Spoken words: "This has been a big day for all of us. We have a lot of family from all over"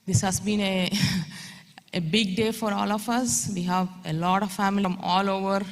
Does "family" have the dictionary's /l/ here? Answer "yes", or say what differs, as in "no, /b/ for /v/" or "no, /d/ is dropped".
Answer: no, /l/ is dropped